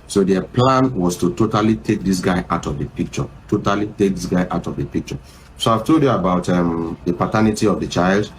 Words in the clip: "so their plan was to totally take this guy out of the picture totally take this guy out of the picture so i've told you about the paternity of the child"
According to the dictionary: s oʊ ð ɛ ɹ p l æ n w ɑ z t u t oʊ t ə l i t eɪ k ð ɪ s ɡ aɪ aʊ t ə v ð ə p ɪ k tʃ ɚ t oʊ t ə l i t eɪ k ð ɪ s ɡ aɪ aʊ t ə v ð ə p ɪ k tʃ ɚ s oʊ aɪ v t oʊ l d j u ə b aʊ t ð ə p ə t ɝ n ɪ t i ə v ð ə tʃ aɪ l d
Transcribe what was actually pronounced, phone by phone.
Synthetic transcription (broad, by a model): s oʊ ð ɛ p l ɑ n w ɑ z t u t oʊ t ə l i t eɪ k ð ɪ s ɡ aɪ aʊ t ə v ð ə p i k tʃ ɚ t oʊ t ə l i t eɪ k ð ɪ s ɡ aɪ aʊ t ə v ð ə p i k tʃ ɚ s oʊ aɪ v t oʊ d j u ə b aʊ t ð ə p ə t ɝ n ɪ t i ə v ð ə tʃ aɪ l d